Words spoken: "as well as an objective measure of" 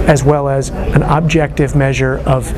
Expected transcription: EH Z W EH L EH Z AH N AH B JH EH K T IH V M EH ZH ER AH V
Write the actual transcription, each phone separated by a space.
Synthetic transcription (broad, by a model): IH Z W EH L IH Z AH N AH B JH EH K T IH V M EH ZH ER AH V